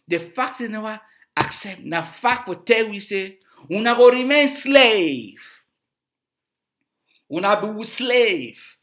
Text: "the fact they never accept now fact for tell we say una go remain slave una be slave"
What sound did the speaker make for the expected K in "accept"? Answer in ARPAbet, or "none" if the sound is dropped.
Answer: K